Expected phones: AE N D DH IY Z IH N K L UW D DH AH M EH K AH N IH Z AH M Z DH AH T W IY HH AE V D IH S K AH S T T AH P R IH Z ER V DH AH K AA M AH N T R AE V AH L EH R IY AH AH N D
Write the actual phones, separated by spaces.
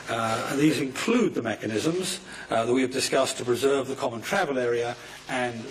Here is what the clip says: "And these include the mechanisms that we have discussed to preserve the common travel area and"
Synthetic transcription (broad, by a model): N DH IY Z IH N K L UW D DH AH M EH K AH N IH Z AH M Z DH AH T W IY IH V D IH S K AH S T T AH P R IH Z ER V DH AH K AA M AH N T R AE V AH L EH R IY AH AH N